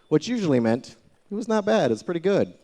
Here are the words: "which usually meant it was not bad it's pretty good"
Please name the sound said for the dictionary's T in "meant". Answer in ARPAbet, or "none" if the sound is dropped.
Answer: T